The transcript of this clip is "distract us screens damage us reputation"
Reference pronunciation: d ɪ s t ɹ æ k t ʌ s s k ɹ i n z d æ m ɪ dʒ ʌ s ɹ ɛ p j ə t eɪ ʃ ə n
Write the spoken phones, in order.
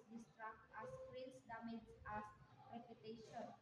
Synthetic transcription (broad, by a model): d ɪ s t ɹ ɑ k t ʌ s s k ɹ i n s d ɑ m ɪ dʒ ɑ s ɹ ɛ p j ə t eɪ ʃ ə n